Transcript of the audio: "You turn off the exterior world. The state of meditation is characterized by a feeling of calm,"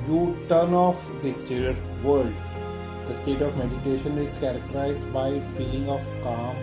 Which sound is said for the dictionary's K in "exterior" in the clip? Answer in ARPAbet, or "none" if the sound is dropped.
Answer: none